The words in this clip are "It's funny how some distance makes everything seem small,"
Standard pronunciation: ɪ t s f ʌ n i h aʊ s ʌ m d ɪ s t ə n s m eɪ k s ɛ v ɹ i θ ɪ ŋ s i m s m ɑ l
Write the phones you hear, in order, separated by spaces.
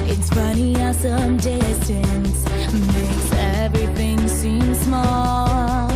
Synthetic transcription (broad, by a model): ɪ t s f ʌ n i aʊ s ʌ m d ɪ s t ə n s m eɪ k s ɛ v ɹ i θ ɪ ŋ s i m s m ɑ l